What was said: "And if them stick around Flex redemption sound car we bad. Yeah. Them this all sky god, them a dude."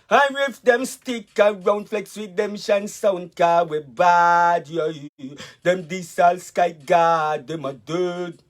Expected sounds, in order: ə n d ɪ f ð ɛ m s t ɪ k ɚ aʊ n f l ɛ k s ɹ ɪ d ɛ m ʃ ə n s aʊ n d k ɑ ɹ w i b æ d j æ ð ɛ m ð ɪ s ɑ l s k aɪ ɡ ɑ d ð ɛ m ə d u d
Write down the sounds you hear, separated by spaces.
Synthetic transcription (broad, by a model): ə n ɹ ɪ f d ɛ m s t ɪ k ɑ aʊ n f l ɛ k s w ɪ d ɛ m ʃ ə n s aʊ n k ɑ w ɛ b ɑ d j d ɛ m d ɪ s ɑ l s k aɪ ɡ ɑ d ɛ m ə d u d